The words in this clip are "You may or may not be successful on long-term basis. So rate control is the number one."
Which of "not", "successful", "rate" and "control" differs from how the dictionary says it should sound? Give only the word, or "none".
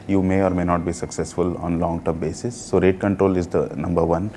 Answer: none